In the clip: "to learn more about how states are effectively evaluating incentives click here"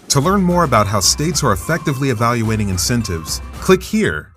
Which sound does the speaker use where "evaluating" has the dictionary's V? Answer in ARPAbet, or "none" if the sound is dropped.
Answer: V